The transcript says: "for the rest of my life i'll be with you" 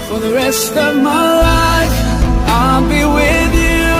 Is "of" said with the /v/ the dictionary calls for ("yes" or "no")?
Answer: yes